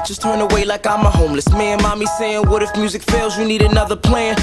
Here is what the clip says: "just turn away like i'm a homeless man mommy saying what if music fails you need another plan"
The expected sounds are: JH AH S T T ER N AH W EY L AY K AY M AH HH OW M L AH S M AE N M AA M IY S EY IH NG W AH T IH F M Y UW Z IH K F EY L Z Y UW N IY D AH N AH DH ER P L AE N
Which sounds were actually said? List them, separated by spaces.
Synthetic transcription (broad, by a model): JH AH S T T ER N AH W EY L AY K AY M AH HH OW M L AH S M AE N M AA M IY S EY IH NG W AH T IH F M Y UW Z IH K F EY L Z Y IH N IY D AH N AH DH ER P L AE N